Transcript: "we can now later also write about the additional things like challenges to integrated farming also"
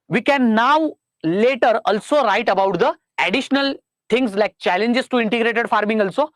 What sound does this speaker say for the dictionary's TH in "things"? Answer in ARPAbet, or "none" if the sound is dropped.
T